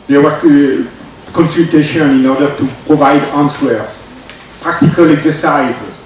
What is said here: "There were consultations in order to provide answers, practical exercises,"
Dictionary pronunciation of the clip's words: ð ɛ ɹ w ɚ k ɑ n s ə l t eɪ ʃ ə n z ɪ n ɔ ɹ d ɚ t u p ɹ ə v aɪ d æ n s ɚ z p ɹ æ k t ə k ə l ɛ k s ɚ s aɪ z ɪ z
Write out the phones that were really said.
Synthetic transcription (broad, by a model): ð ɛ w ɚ k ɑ n s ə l t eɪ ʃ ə n ɪ n ɔ ɹ d ɚ t u p ɹ ə v aɪ d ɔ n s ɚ p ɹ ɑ k t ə k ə l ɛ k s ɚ s aɪ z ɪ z